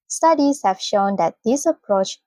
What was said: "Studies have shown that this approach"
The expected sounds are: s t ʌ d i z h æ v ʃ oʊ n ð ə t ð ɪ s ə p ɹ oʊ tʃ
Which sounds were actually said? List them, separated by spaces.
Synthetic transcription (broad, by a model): s t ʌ d i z h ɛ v ʃ oʊ n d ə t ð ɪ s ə p ɹ oʊ tʃ